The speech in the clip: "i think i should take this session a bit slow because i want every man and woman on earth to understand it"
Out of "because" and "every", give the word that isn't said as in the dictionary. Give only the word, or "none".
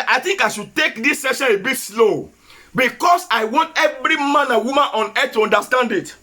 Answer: because